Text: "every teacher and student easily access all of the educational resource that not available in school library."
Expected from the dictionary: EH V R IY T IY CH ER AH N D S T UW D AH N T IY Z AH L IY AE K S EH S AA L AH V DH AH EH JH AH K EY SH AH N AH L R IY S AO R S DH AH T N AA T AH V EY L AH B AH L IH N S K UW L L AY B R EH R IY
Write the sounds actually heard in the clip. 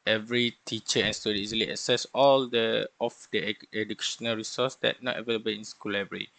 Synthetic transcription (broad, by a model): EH V R IY T IY CH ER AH N S T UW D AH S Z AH L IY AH S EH S AA L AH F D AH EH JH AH K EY SH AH N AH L R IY S AO S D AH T N AA T AH V EY L AH B AH L IH N S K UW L L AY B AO R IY